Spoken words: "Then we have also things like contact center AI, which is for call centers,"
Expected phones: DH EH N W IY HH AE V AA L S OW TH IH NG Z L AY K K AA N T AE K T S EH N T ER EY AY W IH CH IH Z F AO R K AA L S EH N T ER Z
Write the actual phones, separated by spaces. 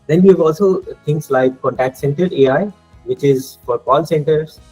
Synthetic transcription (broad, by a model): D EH N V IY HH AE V AA L S OW T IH NG S L AY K K AA N T AE K T S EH N T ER EY AY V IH CH IH Z F AO R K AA L S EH N T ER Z